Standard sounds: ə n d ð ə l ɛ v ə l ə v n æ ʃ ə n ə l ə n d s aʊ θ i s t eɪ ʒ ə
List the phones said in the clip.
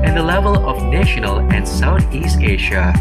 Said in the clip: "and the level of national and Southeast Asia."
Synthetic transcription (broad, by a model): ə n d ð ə l ɛ v ə l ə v n æ ʃ ə n ə l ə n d s aʊ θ i s t eɪ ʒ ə